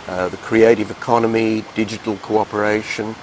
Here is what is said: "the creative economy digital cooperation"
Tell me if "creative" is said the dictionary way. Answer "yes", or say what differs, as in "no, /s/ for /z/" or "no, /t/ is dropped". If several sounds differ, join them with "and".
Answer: yes